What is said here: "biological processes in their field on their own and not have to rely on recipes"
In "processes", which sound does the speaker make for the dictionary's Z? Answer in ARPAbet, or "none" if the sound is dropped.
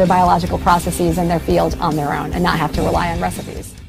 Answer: Z